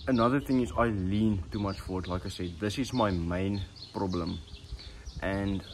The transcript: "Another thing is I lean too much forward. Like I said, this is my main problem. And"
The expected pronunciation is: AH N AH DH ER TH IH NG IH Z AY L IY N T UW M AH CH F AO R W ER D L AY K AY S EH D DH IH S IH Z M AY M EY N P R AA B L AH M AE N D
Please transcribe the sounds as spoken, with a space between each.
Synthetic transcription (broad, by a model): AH N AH DH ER TH IH NG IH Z AY L IY N T UW M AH CH F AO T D L AY K AY S EH D DH IH S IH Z M AY M EY N P R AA B L AH M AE N D